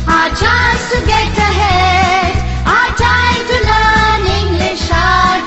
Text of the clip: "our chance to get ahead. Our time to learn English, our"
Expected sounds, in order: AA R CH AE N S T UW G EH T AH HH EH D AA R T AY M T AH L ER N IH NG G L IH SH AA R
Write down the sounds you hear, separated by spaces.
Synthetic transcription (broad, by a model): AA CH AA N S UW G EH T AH HH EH AA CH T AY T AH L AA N IH NG G L IH SH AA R